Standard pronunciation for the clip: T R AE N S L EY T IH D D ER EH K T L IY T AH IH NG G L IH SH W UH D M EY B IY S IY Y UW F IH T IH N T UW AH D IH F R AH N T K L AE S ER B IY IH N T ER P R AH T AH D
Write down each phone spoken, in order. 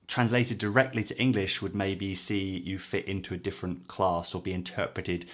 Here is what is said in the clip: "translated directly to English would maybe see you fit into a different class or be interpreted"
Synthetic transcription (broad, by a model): T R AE N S L EY T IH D D ER EH K T L IY T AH IH NG G L IH SH W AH D M EY B IY S IY Y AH F IH T IH N T UW AH D IH F R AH N K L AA S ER B IY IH N T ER P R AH T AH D